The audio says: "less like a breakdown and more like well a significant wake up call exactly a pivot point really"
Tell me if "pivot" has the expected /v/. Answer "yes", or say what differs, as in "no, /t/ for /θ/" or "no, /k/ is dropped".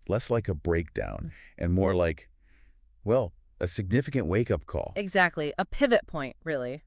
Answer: yes